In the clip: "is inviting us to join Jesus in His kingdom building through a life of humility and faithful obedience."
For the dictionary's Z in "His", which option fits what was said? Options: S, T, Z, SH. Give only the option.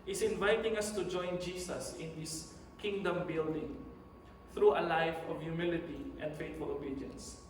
S